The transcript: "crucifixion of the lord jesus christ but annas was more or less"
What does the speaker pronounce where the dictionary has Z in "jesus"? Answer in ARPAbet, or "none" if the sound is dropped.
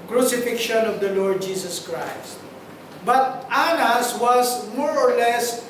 S